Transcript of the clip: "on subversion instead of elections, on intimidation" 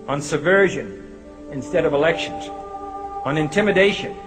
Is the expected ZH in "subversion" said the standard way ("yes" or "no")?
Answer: yes